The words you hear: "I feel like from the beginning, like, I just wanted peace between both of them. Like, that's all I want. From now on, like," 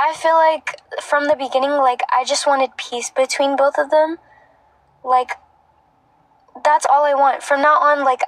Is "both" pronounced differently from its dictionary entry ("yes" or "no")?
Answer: no